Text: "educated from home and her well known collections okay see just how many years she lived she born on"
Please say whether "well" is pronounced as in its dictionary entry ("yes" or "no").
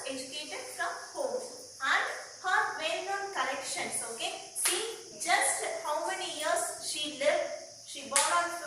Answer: no